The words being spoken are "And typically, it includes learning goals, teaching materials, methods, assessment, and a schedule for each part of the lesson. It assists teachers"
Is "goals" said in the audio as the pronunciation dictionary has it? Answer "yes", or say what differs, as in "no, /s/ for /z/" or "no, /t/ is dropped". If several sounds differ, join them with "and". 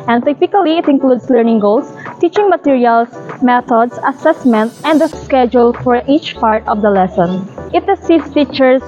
no, /s/ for /z/